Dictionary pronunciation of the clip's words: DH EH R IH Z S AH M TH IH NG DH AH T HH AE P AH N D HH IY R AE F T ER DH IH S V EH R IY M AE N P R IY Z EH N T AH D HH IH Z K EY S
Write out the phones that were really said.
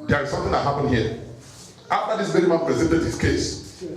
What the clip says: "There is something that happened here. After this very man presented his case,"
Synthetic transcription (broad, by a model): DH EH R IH S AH M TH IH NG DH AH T HH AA P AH N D HH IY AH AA F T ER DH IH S B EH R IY M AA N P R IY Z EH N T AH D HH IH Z K EY S